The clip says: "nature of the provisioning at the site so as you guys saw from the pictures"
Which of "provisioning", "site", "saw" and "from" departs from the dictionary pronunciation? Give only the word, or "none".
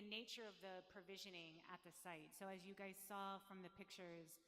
none